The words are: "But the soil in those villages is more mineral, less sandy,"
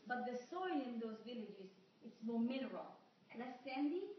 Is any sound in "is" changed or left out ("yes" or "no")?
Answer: yes